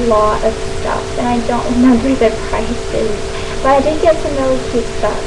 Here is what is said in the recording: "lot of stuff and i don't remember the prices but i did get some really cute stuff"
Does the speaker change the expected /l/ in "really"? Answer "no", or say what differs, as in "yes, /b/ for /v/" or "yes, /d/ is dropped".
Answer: yes, /l/ is dropped